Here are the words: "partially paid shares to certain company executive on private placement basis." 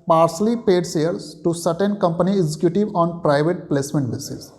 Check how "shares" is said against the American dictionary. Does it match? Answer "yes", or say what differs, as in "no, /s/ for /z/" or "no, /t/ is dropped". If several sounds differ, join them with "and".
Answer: no, /s/ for /ʃ/